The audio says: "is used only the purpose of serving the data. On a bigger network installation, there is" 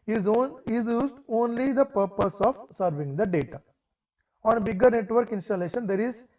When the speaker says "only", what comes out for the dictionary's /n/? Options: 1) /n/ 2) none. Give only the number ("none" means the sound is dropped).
1